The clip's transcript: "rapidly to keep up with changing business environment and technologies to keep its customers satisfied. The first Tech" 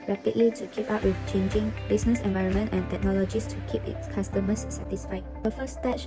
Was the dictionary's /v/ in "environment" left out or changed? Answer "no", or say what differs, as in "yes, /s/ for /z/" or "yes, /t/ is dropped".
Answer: no